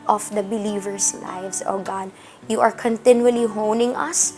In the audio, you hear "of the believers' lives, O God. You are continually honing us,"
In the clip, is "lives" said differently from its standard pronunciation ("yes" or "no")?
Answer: yes